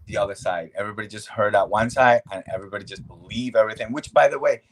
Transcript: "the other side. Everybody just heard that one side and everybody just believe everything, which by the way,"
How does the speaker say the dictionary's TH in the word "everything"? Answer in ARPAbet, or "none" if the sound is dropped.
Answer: TH